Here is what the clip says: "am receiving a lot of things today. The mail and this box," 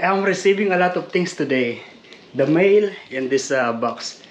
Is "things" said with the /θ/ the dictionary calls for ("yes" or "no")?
no